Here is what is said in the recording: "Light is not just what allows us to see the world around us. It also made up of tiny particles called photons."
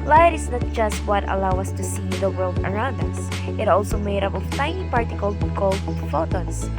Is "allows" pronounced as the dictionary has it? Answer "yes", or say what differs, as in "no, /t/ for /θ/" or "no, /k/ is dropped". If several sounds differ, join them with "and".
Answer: no, /z/ is dropped